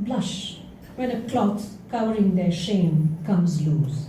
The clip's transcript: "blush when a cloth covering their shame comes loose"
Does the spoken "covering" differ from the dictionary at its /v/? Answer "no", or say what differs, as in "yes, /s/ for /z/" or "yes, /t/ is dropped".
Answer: yes, /w/ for /v/